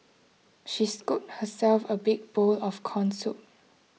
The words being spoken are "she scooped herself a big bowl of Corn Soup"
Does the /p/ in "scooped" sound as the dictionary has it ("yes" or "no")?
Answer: no